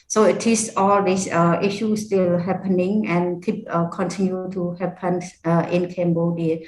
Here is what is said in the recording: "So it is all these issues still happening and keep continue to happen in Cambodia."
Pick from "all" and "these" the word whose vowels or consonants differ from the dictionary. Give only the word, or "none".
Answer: these